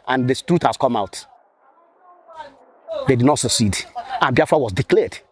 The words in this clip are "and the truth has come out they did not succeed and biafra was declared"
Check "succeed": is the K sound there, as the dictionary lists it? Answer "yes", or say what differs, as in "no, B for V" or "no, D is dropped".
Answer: yes